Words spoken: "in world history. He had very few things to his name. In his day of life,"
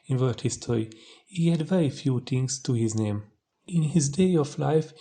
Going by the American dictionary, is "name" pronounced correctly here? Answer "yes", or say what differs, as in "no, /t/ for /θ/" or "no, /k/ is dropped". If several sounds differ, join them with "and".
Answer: yes